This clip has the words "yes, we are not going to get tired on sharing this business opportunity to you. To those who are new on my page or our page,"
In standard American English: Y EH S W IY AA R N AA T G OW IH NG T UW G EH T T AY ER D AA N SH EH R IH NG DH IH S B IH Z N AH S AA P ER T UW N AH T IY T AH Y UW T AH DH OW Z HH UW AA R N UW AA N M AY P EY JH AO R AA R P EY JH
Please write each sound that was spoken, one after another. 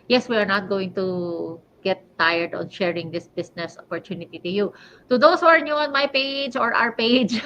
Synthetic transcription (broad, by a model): Y EH S W IY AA R N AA T G OW IH NG T UW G EH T T AY ER D AA N SH EH R IH NG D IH S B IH S N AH S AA P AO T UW N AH T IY T AH Y UW T AH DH OW S HH UW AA R N UW AA N M AY P EY JH AO R AA R P EY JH